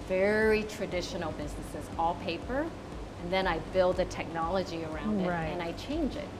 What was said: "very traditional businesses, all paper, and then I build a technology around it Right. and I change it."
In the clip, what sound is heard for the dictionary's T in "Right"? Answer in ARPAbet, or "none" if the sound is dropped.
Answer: none